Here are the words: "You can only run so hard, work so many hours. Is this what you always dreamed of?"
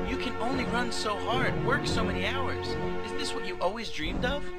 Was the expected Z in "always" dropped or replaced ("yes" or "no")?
no